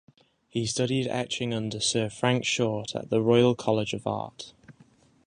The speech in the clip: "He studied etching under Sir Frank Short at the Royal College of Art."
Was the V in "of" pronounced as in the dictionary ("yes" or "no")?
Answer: yes